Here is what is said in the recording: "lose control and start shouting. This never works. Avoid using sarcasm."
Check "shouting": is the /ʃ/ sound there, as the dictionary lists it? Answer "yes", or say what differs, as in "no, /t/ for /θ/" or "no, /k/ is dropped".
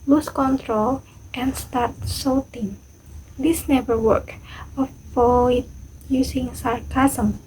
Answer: no, /s/ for /ʃ/